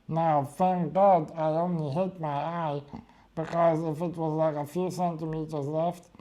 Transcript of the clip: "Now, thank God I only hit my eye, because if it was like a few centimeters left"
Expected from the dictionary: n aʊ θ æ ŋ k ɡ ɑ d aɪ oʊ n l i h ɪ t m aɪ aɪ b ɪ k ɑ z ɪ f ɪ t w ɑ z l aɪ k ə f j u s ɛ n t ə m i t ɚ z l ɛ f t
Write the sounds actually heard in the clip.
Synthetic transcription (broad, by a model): n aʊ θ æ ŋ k ɡ ɑ d aɪ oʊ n i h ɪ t m aɪ aɪ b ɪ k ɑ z ɪ f ɪ t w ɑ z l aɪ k ə f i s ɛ n t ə m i t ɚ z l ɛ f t